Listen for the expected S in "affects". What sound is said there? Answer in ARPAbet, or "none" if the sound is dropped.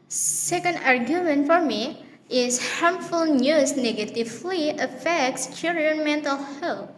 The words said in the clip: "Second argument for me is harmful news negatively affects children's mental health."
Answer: S